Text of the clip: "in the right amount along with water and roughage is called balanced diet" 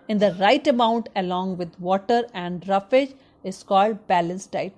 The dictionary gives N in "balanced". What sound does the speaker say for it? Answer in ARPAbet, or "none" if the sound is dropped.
N